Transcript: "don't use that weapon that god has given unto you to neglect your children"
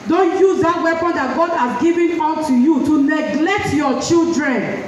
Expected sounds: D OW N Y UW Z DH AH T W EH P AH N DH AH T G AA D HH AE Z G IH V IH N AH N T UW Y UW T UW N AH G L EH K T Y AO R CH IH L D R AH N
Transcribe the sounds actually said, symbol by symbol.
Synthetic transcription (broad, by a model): D OW N Y UW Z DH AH T W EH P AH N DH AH T G AA D HH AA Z G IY V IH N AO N T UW Y UW T UW N AH G L EH K T Y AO CH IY L D R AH N